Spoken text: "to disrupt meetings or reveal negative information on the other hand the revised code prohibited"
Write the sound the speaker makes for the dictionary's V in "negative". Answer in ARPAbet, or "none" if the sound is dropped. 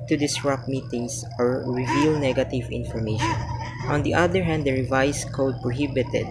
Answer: V